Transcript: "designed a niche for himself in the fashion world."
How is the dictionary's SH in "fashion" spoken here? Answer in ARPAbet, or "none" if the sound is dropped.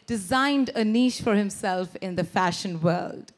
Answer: SH